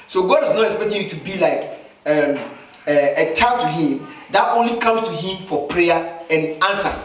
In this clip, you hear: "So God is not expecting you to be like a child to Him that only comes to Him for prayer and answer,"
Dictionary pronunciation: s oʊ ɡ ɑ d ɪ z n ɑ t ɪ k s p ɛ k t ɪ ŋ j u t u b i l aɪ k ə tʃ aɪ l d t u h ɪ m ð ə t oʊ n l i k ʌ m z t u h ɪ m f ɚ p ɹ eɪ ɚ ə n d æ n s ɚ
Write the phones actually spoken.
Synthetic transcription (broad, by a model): s oʊ ɡ ɑ d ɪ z n ɑ t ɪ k s p ɛ k t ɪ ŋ j u t u b i l aɪ k ə tʃ aɪ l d t u h ɪ m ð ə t oʊ n l i k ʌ m s t u h ɪ m f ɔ p ɹ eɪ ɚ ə n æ n s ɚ